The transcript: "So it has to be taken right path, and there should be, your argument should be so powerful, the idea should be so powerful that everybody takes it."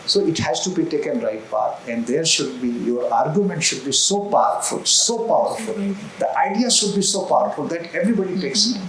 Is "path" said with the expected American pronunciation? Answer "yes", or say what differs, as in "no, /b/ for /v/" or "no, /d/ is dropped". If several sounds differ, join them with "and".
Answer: no, /t/ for /θ/